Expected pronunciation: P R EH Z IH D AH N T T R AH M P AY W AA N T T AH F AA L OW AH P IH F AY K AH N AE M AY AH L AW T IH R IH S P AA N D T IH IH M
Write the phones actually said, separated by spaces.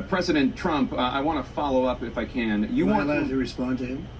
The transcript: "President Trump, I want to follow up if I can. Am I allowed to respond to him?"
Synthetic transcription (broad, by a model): P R EH Z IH D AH N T T R AH M P AY W AA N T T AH F AA L OW AH P IH F AY K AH N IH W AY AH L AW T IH R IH S P AA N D T IH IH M